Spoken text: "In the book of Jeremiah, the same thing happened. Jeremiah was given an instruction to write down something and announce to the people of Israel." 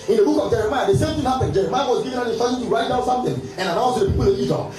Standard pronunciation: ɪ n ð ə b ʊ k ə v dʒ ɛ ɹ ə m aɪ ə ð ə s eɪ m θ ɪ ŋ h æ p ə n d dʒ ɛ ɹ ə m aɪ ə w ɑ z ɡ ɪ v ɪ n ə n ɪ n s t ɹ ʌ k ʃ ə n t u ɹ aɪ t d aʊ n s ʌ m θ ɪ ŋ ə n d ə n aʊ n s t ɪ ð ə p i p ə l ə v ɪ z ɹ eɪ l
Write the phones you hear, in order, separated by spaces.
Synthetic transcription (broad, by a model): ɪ n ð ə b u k ə v dʒ ɛ ɹ ə m aɪ ə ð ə s eɪ m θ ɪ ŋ h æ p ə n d dʒ ɛ ɹ ə m aɪ ə w ɑ z ɡ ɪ v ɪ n ə n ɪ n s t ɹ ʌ ʃ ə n t u ɹ aɪ t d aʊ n s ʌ m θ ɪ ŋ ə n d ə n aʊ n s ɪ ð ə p i p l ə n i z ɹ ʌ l